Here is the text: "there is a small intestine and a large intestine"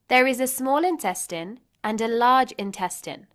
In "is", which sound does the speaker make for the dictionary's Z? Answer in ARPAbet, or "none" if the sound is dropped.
Z